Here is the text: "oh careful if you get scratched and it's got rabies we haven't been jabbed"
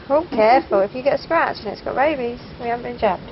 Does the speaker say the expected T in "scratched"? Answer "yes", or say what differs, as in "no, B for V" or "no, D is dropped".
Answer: no, T is dropped